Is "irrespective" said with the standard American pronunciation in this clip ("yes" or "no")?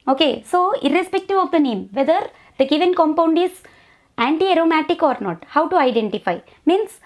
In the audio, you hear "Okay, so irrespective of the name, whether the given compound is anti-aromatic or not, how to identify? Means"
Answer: yes